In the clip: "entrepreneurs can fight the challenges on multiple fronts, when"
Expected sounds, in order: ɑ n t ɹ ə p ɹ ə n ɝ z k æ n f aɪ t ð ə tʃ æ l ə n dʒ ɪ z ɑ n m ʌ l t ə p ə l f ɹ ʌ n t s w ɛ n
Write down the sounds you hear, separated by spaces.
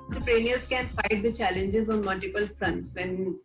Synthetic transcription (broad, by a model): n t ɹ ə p ɹ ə n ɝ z k æ n f aɪ t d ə tʃ æ l ə n dʒ ɪ z ɑ n m ʌ l t ə p ə l f ɹ ʌ n t s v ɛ n